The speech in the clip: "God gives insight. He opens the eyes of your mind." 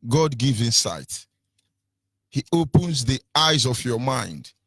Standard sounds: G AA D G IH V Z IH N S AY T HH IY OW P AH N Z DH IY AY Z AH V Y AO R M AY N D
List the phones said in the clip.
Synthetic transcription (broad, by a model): G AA D G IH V IH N S AY T HH IY OW P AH N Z DH IY AY Z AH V Y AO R M AY N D